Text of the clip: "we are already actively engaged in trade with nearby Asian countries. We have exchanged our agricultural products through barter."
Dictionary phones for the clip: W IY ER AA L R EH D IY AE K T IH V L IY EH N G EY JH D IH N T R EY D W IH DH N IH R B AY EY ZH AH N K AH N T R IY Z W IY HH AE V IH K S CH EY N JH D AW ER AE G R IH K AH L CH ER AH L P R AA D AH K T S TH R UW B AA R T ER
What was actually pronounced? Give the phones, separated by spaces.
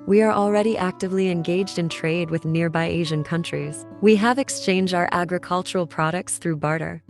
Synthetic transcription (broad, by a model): W IY ER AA L R EH D IY AE K T IH V L IY EH N G EY JH D IH N T R EY D W IH DH N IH R B AY EY ZH AH N K AH N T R IY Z W IY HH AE V IH K S CH EY N JH D AW ER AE G R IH K AH L CH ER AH L P R AA D AH K T S TH R UW B AA R T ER